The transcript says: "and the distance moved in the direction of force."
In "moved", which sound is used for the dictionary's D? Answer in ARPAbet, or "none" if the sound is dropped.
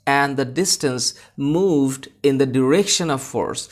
D